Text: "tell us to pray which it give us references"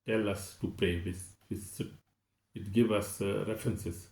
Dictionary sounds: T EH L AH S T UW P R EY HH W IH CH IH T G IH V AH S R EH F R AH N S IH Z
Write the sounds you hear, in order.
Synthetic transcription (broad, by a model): T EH L AH S T UW P R EY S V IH S IH T G IH V AH S R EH F R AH N S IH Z